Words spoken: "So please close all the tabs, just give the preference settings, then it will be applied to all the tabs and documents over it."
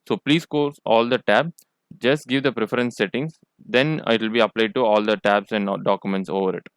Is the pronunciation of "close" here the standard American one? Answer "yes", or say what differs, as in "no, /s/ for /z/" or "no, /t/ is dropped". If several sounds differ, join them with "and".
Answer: no, /l/ is dropped